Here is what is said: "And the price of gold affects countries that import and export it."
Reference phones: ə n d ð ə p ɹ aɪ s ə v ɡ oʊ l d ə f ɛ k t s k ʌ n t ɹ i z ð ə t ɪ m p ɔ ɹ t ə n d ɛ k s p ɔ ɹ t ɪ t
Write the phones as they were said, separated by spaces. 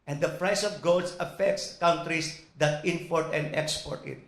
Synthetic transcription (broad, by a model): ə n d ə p ɹ aɪ s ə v ɡ oʊ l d ə f ɛ k t s k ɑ n t ɹ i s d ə t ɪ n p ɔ ɹ t ə n d ɛ k s p ɔ ɹ t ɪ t